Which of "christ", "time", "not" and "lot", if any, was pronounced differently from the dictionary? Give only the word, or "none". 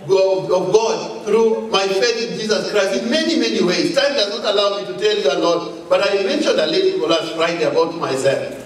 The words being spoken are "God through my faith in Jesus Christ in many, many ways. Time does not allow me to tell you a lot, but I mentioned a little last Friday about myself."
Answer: none